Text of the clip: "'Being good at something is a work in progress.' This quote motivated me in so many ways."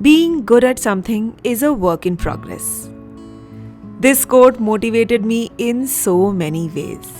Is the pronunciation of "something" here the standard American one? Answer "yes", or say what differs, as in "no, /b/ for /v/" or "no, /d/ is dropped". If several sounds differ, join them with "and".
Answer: no, /t/ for /θ/